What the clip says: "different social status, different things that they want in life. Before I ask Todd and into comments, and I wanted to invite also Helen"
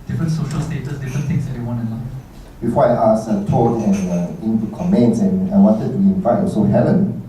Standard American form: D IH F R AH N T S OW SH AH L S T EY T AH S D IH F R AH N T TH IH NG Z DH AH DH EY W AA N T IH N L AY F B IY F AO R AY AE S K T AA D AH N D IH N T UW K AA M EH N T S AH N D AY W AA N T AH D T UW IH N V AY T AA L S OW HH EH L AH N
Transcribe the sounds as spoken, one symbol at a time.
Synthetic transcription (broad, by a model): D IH F R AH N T S OW SH AH L S T EY T AH S D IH F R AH N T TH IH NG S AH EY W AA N IH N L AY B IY F AO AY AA S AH T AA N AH N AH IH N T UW K AA M EH N T S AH N AY W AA N T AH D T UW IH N F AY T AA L S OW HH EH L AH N